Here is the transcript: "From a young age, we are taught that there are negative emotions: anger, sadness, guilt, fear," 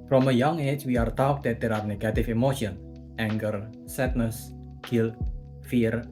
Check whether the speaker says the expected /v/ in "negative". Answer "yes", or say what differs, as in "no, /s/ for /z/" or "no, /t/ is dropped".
no, /f/ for /v/